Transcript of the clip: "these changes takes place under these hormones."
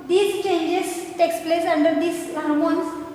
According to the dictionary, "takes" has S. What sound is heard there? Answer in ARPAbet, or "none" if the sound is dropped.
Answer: S